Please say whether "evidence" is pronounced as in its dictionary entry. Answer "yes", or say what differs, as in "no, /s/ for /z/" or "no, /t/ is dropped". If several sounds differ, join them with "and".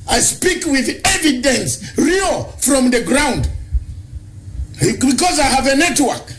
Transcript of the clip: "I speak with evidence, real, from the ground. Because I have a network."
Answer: yes